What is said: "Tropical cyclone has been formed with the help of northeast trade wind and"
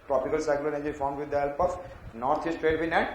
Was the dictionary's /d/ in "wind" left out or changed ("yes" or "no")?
yes